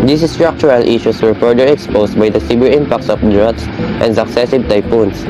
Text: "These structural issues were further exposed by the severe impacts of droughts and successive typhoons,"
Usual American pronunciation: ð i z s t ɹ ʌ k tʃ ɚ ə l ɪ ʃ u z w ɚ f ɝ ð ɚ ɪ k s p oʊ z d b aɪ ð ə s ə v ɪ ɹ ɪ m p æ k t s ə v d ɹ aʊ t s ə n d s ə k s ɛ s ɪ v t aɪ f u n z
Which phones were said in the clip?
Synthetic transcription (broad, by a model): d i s s t ɹ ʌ k tʃ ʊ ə l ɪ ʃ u s w ɚ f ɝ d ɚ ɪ k s p oʊ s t b aɪ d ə s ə b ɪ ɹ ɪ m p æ k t s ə f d ɹ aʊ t s ə n d s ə k s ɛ s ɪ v t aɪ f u n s